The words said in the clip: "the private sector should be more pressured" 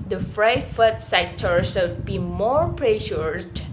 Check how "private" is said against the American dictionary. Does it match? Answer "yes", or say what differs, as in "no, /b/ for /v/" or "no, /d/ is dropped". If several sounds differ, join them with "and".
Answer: no, /f/ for /p/ and /f/ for /v/